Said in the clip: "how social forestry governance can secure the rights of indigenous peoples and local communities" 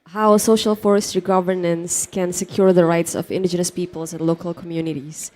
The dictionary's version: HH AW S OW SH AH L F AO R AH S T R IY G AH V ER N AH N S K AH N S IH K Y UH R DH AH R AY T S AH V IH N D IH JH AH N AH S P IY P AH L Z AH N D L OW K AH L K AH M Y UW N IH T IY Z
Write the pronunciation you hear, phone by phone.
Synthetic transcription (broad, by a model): HH AW S OW SH AH L F AO R AH S T R IY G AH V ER N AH N S K AH N S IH K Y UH R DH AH R AY T S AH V IH N D IH JH AH N AH S P IY P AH L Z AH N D L OW K AH L K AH M Y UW N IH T IY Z